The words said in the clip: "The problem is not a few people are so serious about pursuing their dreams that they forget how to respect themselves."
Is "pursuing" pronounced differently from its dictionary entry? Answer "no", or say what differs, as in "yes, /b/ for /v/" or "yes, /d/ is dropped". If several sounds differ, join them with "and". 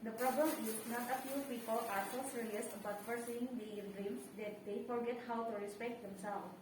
yes, /f/ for /p/